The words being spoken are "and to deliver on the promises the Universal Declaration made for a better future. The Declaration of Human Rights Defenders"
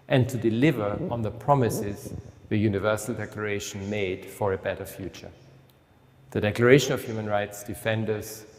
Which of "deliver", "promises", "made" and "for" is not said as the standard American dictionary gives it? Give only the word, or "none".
none